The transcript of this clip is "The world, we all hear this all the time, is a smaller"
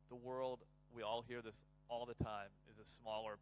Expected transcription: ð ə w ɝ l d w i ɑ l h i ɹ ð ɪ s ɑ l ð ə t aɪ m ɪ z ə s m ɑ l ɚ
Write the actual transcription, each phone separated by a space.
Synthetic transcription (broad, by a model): ð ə w ɝ l d w i ɑ l h i ɹ ð ɪ s ɑ l ð ə t aɪ m ɪ z ə s m ɑ l ɚ